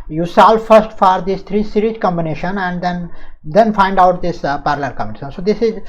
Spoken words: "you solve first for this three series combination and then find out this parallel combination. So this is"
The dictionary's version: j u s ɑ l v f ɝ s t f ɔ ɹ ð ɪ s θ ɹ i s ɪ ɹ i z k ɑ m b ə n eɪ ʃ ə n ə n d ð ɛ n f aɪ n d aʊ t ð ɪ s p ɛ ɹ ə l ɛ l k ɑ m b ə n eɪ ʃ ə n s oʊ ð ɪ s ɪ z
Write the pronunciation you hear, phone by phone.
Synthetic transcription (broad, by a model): j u s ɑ l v f ɝ s t f ɔ ɹ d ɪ s t ɹ i s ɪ ɹ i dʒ k ɑ m b ə n eɪ ʃ ə n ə n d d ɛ n f aɪ n d aʊ t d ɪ s p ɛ ɹ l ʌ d k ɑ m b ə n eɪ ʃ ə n s oʊ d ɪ s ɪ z